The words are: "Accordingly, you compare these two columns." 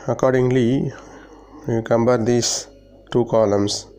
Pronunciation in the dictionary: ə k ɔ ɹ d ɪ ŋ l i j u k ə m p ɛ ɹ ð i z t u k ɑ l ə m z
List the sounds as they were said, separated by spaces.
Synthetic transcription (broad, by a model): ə k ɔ ɹ d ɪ ŋ l i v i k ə m b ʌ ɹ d i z t u k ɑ l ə m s